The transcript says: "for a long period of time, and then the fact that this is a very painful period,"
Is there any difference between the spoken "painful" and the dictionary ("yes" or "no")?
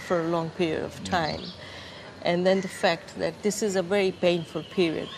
no